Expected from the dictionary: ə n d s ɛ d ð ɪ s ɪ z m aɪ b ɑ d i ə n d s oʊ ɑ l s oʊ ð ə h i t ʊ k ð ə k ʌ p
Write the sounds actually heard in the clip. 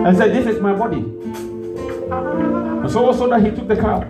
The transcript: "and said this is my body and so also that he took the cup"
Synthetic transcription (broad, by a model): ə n s ɛ d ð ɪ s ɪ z m aɪ b ɑ d i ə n s oʊ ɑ s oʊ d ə h i t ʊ k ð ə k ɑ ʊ